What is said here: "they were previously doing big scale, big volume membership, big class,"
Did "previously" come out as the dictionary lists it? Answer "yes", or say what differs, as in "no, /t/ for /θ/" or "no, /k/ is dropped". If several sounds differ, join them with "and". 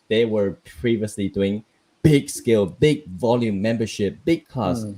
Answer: yes